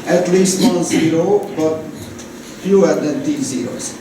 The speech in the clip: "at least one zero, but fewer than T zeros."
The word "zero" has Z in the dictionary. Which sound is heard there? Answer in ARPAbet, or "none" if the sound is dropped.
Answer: Z